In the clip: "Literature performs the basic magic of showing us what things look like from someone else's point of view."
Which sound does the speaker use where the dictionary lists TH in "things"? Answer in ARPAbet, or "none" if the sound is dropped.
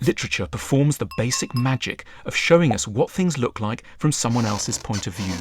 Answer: TH